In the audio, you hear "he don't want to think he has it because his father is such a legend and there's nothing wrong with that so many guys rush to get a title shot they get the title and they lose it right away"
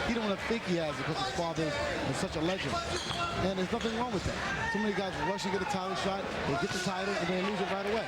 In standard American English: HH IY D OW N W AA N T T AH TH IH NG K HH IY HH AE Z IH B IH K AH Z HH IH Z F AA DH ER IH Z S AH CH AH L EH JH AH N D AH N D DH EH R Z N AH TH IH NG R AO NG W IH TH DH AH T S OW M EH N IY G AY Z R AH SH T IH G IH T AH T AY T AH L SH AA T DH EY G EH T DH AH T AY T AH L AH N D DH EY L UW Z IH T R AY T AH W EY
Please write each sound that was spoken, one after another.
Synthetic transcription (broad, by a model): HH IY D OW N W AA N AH TH IH NG K HH IY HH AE Z B IH K AH Z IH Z F AA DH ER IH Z S AH CH AH L EH JH AH N D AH N DH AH R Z N AH TH IH NG R AO NG W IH DH AH T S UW M EH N IY G AY Z R AH SH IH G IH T AH T AY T L SH AA T DH EY G EH T DH AH T AY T L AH N DH EY L UW Z IH T R AY T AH W EY